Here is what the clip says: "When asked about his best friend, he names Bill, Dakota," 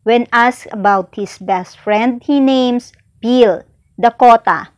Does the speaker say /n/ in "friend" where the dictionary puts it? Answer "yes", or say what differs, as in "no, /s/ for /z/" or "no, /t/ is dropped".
yes